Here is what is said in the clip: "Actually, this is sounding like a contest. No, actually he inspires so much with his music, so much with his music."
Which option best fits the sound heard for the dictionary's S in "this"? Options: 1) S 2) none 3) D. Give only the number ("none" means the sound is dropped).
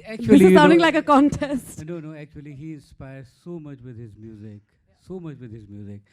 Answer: 2